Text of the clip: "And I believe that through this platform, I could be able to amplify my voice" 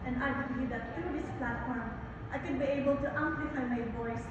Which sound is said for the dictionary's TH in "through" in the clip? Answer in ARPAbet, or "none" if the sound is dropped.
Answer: T